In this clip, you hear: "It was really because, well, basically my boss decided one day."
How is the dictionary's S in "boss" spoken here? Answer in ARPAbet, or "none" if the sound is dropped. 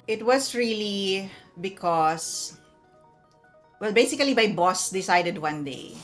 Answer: S